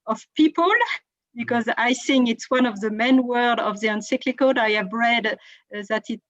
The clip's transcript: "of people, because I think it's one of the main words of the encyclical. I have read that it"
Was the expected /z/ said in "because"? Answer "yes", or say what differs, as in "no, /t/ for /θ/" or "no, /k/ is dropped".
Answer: yes